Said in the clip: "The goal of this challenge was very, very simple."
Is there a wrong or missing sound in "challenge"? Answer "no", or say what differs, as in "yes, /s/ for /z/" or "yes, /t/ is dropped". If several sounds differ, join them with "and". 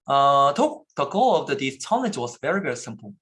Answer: yes, /n/ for /l/ and /n/ is dropped